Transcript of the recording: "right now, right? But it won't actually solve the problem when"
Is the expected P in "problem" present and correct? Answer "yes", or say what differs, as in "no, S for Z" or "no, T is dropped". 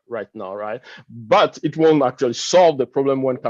yes